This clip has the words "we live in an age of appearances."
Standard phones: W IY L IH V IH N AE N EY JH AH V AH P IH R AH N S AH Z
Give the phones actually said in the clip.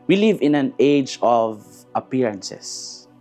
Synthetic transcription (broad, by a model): W IY L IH V IH N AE N EY JH AH V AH P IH R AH N S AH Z